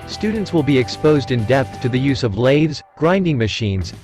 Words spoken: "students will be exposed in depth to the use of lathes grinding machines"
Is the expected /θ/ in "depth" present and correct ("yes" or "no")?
yes